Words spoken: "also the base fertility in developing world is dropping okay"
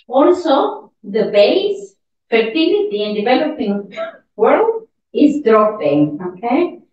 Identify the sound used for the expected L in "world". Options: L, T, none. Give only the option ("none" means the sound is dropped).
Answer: L